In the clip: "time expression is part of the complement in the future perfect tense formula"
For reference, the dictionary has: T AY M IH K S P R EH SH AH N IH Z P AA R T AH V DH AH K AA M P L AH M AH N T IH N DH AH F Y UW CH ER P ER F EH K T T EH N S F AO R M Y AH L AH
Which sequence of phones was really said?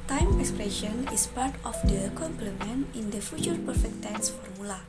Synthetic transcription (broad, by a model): T AY M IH K S P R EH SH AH N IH S P AA R T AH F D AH K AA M P L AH M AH N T IH N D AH F Y UW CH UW P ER F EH K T T EH N S F AO R M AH L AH